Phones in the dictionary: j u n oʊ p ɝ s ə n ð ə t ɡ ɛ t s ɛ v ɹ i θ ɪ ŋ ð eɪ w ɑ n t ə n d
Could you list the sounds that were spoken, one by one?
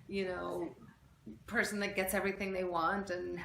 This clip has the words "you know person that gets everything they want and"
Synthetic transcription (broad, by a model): j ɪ n oʊ p ɝ s n ð ə t ɡ ɛ t s ɛ v ɹ i θ ɪ ŋ ð eɪ w ɑ n t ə n